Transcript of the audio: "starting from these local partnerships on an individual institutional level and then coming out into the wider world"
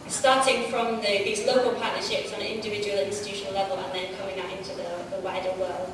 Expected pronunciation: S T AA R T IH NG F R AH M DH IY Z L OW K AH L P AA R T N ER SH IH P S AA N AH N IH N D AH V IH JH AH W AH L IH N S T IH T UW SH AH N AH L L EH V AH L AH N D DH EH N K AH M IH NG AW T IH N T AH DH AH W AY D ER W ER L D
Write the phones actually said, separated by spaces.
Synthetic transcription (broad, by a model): S T AA T IH NG F R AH M DH IY Z L OW K AH L P AA T N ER SH IH P S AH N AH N IH N D AH V IH JH AH W AH L IH N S T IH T UW SH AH N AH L L EH V AH L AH N DH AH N K AH M IH NG AW T IH N T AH DH AH W AY D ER W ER L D